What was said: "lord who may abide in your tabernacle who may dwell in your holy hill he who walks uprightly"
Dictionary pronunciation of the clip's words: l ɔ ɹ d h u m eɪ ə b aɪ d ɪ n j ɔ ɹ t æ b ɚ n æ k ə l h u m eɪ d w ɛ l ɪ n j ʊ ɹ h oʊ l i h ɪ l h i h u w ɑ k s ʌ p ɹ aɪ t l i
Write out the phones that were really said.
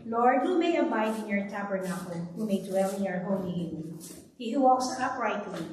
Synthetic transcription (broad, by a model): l ɔ ɹ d h u m eɪ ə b aɪ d ɪ n j ɔ ɹ t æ b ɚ n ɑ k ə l h u m eɪ d w ɛ l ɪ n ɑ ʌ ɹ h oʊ n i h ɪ n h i h u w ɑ k s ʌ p ɹ aɪ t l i